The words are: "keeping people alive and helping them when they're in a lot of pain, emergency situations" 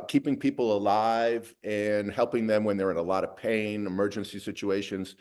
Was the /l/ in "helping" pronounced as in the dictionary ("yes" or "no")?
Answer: yes